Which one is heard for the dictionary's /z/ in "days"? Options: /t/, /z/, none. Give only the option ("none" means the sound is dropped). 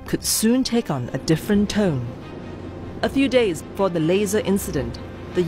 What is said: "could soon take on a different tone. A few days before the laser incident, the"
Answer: /z/